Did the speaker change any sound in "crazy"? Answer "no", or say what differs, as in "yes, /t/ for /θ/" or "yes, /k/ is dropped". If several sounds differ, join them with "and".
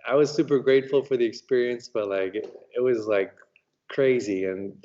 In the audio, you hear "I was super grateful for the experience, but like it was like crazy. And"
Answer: no